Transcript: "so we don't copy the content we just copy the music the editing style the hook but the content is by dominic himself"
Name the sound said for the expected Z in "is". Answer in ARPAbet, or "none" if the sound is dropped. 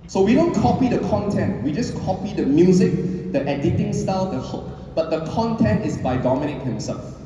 S